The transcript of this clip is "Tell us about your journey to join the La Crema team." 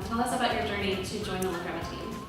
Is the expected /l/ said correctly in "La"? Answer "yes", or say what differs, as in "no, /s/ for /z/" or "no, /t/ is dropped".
no, /w/ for /l/